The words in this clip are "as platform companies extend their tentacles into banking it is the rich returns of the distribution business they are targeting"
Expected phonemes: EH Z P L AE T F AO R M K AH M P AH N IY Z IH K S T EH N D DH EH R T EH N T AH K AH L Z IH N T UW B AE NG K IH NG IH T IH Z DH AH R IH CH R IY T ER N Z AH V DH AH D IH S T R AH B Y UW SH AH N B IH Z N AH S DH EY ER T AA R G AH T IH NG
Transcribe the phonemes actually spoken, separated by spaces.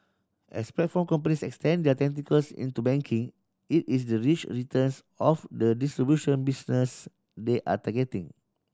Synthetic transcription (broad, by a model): EH S P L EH T F AO M K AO M P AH N IY S IH K S T EH N D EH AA T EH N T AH K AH L S IH N T UW B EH NG K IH NG IH T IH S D AH R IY CH R IY T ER N S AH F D AH D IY S T R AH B Y UW SH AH N B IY S N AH S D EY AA T AA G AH T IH NG